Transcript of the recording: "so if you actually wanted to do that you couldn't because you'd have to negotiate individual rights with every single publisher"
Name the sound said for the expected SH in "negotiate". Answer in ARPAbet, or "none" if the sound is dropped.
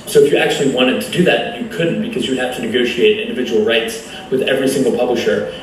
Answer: SH